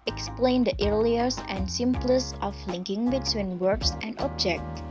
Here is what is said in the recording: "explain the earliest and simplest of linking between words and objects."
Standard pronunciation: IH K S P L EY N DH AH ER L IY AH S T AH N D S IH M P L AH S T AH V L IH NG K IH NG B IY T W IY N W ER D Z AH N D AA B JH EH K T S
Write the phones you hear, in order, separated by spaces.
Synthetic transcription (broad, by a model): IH K S P L EY N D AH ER L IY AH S AH N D S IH M P L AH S AH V L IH NG K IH NG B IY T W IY N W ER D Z AH N D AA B JH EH K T